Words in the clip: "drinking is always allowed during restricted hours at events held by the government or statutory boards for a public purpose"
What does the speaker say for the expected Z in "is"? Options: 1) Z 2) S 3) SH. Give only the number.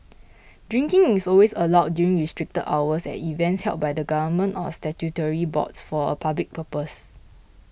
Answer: 2